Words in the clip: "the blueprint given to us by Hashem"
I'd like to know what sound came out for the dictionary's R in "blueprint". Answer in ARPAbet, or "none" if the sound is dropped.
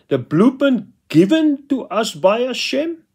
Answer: none